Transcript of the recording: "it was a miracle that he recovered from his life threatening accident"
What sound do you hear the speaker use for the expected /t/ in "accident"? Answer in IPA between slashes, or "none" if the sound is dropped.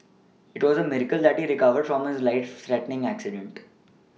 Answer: /t/